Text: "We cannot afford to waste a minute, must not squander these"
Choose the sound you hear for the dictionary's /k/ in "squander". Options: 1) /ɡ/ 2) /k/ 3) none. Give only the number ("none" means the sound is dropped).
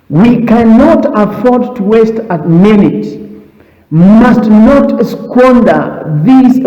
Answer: 2